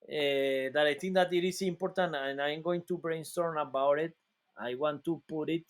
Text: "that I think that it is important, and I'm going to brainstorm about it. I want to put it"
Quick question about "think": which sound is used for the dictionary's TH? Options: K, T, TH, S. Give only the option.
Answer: T